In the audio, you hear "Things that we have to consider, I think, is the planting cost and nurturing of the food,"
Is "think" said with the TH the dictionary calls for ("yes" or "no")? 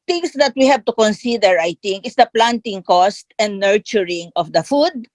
no